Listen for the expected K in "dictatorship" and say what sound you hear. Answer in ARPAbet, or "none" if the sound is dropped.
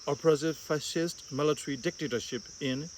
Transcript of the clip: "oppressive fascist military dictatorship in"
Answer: K